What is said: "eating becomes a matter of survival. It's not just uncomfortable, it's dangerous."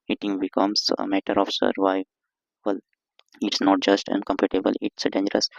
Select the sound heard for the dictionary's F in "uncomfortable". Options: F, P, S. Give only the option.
P